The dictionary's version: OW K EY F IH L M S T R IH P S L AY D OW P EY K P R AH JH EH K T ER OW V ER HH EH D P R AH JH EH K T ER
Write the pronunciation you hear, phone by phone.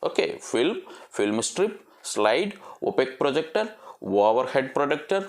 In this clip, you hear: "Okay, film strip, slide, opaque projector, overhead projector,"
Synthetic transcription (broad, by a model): OW K EY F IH L M S T R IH P S L AY D OW P EY K P R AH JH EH K T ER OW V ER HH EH D P R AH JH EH K T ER